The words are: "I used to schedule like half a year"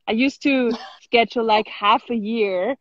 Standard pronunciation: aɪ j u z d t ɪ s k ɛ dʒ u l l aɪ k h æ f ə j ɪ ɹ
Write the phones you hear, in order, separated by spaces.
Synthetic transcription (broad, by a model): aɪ j u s t ɪ s k ɛ tʃ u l l aɪ k h æ f ə j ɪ ɹ